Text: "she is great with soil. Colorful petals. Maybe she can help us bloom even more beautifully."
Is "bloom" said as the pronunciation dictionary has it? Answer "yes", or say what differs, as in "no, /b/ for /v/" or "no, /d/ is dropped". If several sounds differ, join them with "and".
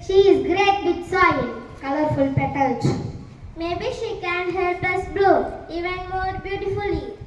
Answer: no, /m/ is dropped